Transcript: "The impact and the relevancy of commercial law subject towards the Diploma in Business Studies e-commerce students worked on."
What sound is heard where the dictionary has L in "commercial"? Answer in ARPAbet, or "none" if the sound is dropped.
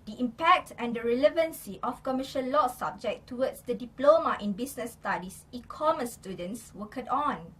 N